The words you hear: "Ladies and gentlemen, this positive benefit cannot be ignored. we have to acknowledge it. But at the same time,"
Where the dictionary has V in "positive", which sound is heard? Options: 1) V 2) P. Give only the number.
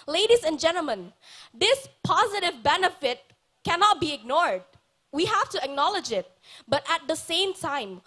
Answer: 1